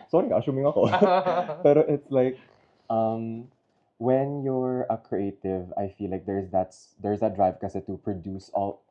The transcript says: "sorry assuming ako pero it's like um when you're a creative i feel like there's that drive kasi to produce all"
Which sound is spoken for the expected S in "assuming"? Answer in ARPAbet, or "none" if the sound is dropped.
SH